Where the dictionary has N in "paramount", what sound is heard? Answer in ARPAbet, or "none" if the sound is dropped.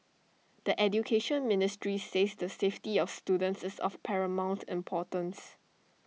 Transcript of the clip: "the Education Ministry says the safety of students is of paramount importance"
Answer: N